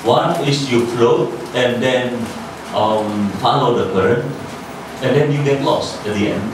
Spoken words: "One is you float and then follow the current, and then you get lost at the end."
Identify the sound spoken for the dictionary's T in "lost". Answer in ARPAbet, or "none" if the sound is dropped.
none